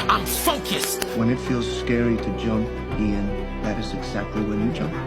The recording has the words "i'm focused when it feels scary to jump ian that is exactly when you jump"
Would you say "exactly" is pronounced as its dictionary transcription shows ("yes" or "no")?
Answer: yes